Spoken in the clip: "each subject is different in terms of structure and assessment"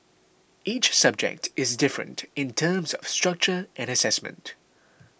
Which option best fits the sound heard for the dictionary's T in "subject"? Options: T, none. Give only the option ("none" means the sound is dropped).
T